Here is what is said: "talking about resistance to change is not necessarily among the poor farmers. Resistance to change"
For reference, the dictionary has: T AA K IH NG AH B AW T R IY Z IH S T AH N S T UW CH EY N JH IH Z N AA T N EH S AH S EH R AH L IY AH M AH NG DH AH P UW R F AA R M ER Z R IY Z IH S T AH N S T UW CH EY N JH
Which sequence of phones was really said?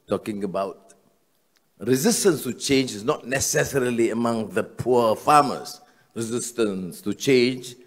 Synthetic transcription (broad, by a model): T AA K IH NG AH B AW T R IY Z IH S T AH N S T UW CH EY N JH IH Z N AA T N EH S AH S EH R AH L IY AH M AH NG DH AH P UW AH F AA M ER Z R IY Z IH S T AH N S T UW CH EY N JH